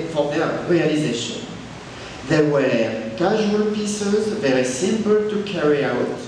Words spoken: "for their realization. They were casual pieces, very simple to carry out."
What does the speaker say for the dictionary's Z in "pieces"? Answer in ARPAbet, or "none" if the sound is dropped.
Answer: Z